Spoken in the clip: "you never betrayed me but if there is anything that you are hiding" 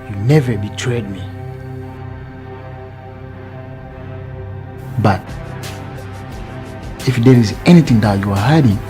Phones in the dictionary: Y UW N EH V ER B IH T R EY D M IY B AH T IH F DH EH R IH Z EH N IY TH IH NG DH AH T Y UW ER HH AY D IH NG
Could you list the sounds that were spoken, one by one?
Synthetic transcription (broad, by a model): Y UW N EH V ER B IH T R EY D M IY B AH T IH F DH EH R IH Z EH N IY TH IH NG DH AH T Y UW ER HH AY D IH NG